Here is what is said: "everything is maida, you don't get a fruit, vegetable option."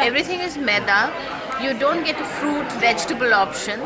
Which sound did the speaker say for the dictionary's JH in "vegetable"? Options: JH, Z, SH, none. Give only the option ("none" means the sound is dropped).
JH